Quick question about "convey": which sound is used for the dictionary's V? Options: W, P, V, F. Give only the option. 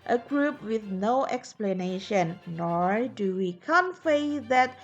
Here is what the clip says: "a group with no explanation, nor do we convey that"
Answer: F